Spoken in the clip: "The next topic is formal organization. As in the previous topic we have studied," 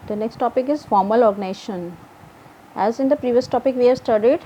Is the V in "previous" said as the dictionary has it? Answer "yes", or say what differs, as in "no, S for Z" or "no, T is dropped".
yes